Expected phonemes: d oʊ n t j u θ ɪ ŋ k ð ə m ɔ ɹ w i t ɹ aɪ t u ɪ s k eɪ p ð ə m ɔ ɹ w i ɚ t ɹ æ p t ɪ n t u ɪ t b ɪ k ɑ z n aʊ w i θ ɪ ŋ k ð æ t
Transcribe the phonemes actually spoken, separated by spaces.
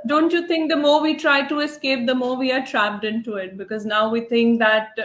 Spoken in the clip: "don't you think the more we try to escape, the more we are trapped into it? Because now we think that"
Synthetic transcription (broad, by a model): d oʊ n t j u t ɪ ŋ k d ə m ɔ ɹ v i t ɹ aɪ t u ɪ s k eɪ p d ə m ɔ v i ɚ t ɹ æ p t ɪ n t u ɪ t b ɪ k ɑ z n aʊ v i t ɪ ŋ k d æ t